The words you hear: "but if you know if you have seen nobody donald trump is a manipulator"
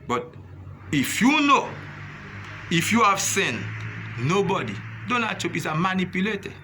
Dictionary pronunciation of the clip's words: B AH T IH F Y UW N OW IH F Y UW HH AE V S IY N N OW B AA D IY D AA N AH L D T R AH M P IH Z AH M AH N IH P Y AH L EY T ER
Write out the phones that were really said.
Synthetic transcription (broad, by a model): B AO T IH F Y UW N OW IH F Y UW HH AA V S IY N N OW B AA D IY D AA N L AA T AO P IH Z AH M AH N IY P Y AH L EY T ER